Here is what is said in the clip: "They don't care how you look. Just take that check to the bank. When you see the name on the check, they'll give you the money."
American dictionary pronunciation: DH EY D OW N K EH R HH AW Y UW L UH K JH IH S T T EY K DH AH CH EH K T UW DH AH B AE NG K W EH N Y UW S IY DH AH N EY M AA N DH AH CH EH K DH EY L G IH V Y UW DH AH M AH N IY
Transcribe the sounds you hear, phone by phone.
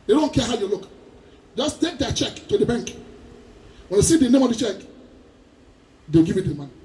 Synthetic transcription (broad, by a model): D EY D OW N K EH HH AW Y UW L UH K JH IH S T T EY K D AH CH EH K T UW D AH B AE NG K W EH N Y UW S IY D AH N EY M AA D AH CH EH K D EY W G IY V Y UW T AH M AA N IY